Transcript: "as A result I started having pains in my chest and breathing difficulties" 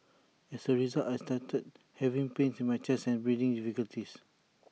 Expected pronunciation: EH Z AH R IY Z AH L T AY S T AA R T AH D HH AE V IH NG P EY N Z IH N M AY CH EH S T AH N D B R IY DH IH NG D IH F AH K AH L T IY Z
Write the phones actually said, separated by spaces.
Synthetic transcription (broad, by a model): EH S AH R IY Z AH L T AY S T AA T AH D HH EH V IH NG P EY N S IH N M AY CH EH S AH N B R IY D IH NG D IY F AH K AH L T IY S